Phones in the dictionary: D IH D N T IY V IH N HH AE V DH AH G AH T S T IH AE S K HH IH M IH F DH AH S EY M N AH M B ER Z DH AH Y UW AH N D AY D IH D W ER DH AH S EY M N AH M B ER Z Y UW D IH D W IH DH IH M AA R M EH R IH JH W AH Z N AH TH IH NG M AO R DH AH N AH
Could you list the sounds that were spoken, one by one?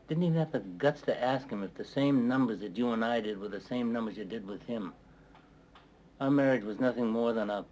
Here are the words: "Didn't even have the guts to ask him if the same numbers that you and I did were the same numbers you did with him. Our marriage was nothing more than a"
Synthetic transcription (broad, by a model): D IH D N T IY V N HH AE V DH AH G AH T S T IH AE S K HH IH M IH F DH AH S EY M N AH M B ER Z DH AH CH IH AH N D AY D IH D W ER DH AH S EY M N AH M B ER Z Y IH D IH D W IH DH IH M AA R M EH R IH JH W AH Z N AH TH IH NG M AO R DH AH N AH